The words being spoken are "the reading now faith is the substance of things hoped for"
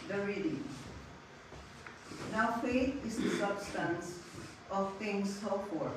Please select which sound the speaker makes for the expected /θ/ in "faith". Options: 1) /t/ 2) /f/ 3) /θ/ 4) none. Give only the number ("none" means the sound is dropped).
1